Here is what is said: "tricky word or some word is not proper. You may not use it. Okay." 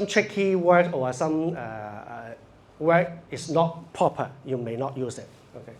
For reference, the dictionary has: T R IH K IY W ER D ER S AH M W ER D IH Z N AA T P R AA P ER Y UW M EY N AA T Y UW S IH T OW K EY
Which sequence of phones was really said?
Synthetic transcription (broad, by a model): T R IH K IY W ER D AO S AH M W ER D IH S N AA T P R AA P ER Y UW M EY N AA T Y UW S IH T OW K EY